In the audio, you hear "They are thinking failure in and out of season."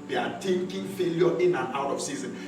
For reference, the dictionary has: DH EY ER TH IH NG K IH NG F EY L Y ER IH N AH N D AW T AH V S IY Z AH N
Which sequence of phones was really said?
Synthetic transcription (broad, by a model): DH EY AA T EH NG K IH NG F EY L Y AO IH N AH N AW T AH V S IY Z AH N